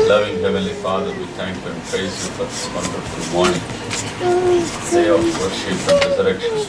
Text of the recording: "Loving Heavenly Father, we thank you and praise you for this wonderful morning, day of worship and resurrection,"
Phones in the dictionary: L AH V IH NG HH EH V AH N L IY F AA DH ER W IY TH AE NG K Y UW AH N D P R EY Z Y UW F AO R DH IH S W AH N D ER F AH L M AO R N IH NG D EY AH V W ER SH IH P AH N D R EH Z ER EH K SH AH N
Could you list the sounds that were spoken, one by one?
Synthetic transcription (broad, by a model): L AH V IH NG HH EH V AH L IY F AA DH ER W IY T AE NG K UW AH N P R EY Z Y UW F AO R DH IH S W AH N D ER F AH L M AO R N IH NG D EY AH F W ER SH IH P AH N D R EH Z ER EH K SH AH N